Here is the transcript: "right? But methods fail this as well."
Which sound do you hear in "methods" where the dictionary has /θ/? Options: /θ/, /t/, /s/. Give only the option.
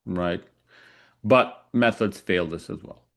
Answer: /θ/